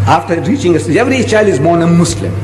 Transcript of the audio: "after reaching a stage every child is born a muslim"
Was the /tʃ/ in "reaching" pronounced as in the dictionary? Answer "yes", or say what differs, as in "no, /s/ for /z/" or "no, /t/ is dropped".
yes